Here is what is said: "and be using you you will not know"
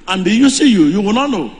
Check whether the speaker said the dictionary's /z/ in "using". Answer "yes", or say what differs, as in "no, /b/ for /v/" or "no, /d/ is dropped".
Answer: no, /s/ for /z/